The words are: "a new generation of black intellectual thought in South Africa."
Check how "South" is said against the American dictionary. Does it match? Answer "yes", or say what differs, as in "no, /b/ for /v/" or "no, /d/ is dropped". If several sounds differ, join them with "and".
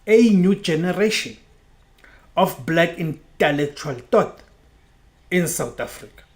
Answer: no, /t/ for /θ/